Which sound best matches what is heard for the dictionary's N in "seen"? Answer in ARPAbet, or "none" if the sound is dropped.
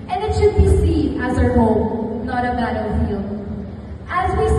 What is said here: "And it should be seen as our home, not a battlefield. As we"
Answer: none